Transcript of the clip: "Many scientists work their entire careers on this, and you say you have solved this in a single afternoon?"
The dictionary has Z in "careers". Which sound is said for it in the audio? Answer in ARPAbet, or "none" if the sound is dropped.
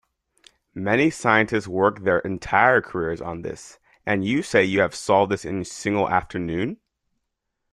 Z